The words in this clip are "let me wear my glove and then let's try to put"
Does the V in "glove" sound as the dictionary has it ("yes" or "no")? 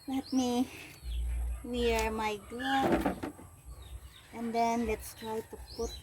no